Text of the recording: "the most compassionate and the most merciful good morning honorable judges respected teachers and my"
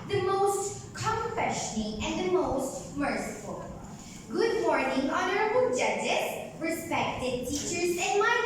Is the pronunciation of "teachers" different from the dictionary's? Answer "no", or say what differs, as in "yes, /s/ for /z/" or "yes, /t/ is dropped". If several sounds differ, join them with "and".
no